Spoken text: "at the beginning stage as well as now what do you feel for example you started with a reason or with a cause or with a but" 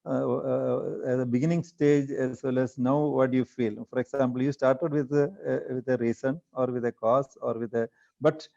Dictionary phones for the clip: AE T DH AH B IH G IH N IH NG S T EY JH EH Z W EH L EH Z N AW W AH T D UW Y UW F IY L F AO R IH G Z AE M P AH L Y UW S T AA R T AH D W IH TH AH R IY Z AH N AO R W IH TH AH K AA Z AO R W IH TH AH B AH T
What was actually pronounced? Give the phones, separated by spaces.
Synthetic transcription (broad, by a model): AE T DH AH B IH G IH N IH NG S T EY JH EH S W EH L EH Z N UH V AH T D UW Y UW F IY L F AO R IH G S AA M P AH L Y UW S T AA R T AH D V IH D AH R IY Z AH N AO R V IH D AH K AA S AO R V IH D AH B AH T